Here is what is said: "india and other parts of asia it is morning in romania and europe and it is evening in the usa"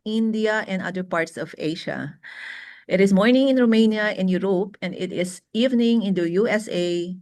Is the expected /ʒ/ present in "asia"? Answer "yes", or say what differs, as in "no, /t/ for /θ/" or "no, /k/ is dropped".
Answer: no, /ʃ/ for /ʒ/